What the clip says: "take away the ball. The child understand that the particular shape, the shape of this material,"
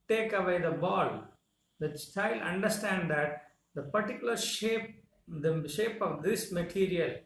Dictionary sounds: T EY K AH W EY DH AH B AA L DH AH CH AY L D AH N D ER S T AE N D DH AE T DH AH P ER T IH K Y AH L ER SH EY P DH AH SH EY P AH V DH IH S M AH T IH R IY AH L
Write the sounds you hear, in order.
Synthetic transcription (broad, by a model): T EY K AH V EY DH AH B AA L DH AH S AY L AH N D ER S T AE N D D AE T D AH P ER T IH K Y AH L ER SH EY P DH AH SH EY P AH V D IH S M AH T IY R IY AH L